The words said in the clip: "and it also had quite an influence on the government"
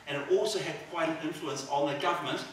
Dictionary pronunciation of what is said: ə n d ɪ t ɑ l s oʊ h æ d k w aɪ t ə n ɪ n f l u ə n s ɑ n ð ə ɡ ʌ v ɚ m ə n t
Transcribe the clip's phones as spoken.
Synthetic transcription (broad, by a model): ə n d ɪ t ɑ l s oʊ h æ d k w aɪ ə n ɪ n f l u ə n s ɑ n ð ə ɡ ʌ v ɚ m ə n t